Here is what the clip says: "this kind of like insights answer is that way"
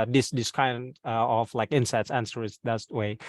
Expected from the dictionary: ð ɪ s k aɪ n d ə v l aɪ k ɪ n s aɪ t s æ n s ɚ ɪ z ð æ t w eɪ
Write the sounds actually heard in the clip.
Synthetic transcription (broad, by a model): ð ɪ s k aɪ n d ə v l aɪ k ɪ n s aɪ t s æ n s ɚ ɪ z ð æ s w eɪ